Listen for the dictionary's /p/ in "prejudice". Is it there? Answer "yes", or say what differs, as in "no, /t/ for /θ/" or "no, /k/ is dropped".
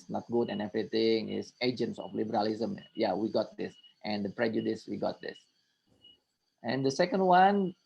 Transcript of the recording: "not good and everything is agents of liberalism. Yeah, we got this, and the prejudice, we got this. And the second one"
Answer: yes